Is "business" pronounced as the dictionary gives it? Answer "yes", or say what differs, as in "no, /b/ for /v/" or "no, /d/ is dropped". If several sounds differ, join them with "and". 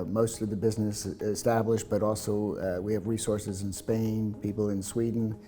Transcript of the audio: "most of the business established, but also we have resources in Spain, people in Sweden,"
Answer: yes